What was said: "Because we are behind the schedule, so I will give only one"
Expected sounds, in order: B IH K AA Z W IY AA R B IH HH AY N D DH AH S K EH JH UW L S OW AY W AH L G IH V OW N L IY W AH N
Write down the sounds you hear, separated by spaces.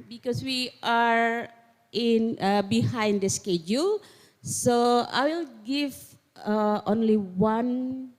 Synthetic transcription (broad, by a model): B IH K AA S W IY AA R B IH HH AY N D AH S K EH JH UW L S OW AY W AH L G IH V OW N L IY W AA N